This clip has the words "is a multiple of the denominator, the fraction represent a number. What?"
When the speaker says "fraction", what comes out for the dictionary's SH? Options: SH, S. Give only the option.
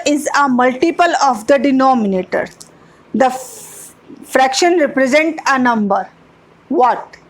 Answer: SH